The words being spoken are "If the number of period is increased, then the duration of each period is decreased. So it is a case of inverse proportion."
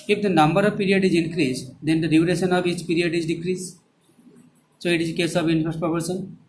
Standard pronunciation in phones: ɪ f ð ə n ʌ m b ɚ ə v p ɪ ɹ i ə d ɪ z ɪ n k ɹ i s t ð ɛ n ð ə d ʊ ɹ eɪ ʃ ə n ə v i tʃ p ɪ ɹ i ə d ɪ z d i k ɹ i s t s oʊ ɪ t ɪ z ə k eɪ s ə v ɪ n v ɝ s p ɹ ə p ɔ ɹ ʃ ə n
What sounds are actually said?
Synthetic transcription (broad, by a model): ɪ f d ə n ʌ m b ɚ ə v p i ɹ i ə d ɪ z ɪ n k ɹ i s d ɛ n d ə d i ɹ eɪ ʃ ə n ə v i tʃ p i ɹ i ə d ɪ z d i k ɹ i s s oʊ ɪ t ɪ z k eɪ s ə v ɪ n f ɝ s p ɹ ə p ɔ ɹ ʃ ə n